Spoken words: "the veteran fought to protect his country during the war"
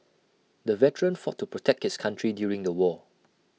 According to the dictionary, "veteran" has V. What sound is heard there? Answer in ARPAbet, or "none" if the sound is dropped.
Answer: V